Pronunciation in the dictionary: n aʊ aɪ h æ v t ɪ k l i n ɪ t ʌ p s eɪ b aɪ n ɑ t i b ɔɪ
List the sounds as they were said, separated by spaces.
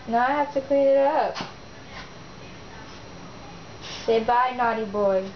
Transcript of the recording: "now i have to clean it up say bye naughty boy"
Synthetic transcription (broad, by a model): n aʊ aɪ h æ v t ɪ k i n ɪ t ʌ p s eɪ b aɪ n ɑ t i b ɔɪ